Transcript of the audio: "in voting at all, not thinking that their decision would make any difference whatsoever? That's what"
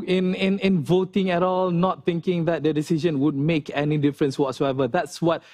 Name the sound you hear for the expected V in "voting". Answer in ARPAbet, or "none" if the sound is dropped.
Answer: V